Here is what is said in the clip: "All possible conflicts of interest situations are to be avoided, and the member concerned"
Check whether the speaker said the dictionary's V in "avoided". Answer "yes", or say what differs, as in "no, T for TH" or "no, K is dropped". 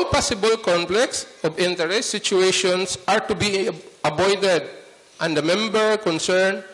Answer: no, B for V